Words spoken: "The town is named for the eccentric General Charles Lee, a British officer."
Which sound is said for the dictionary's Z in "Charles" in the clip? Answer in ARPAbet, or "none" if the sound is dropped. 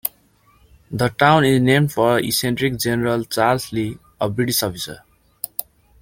S